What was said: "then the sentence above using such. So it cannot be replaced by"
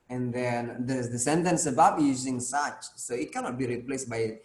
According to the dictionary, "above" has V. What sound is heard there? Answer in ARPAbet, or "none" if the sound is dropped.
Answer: P